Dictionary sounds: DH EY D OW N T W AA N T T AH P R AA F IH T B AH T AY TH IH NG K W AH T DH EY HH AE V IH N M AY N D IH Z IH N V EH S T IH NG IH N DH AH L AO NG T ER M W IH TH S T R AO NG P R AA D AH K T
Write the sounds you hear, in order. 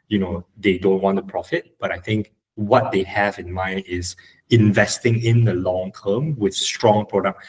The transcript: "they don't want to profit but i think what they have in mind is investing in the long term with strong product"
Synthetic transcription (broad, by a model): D EY D OW N T W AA N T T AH P R AA F IH T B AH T AY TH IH NG K W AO T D EY HH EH V IH N M AY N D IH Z IH N V EH S T IH NG IH N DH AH L AO NG T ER M W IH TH S T R AO NG P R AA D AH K